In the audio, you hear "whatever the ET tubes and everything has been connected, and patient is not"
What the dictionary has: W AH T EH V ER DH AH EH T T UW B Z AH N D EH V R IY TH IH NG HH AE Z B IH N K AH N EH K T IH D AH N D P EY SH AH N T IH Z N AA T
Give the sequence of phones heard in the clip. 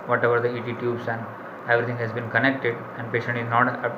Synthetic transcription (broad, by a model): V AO T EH V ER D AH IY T T UW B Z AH N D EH V R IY T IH NG HH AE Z B IH N K AH N EH K T IH D AH N D P EY SH AH N T IH Z N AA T